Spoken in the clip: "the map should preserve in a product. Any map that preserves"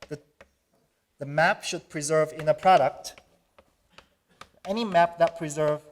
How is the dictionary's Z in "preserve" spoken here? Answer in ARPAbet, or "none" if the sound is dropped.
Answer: Z